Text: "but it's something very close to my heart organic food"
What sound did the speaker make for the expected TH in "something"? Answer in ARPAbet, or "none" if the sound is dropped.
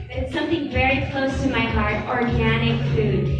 TH